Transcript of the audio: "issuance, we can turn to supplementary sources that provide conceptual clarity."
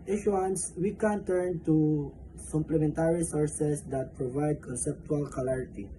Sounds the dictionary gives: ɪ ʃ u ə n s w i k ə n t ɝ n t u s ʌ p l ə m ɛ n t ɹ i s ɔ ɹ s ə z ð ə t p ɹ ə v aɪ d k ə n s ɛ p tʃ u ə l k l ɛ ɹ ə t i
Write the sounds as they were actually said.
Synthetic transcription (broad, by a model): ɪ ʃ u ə n s w i k ə n t ɝ n t u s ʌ p l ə m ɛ n t ɹ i s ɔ ɹ s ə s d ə t p ɹ ə v aɪ d k ə n s ɛ p tʃ u ə l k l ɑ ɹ t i